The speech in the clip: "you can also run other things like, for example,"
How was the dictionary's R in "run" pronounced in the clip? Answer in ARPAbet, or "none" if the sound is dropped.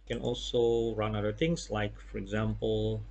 R